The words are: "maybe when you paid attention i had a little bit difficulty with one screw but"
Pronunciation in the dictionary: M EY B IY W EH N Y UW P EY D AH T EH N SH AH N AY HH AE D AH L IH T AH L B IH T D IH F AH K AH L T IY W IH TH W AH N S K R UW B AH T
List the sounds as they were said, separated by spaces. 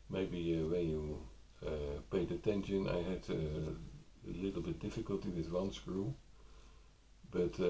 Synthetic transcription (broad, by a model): M EY B IY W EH N Y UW P EY D AH T EH N SH AH N AY HH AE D AH L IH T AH L B IH T D IH F AH K AH L T IY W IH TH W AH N S K R UW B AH T